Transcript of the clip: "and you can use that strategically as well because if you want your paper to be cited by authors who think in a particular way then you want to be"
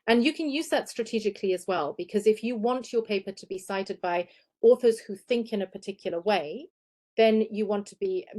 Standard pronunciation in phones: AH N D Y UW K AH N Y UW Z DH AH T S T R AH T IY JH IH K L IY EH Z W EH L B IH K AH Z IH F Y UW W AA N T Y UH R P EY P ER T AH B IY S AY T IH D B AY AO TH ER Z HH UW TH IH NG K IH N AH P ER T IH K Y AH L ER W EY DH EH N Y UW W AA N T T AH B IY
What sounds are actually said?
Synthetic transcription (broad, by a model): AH N Y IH K AH N Y UW Z DH AH T S T R AH T IY JH IH K L IY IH Z W EH L B IH K AH Z IH F Y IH W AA N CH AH R P EY P ER T AH B IY S AY T IH D B AY AO TH ER Z HH UW TH IH NG K IH N AH P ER T IH K Y L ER W EY DH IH N Y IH W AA N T T AH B IY